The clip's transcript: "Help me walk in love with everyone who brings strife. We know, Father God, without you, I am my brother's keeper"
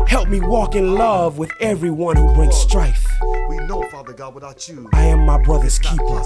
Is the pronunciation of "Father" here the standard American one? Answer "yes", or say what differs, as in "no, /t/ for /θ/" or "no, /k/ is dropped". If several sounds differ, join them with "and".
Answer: no, /ð/ is dropped